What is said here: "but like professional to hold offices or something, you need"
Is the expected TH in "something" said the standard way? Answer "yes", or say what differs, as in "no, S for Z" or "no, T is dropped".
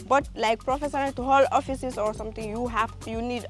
no, T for TH